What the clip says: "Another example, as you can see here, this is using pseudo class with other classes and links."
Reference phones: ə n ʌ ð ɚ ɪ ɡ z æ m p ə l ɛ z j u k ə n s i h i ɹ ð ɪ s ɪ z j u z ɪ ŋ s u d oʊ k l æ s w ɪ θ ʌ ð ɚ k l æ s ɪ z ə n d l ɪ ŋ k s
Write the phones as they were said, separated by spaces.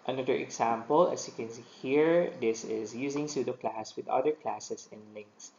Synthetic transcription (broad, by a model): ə n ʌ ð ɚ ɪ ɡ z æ m p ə l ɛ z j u k ə n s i h i ɹ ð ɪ s ɪ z j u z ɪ ŋ s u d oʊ k l æ s w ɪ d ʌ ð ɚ k l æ s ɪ s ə n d l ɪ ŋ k s